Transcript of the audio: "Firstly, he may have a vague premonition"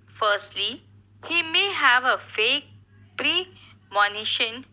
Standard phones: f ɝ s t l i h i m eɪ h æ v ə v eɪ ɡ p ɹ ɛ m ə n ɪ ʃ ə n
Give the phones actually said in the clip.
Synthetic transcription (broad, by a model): f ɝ s t l i h i m eɪ h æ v ə f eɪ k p ɹ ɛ m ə n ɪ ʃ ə n